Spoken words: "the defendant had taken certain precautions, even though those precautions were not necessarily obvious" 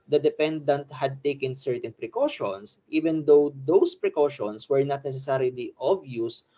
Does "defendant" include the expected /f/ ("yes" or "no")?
no